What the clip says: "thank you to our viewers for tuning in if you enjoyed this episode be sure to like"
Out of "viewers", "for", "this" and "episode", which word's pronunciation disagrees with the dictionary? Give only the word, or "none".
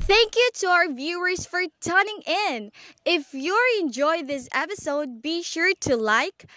none